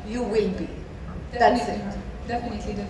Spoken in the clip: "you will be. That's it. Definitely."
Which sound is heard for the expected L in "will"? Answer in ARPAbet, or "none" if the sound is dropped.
N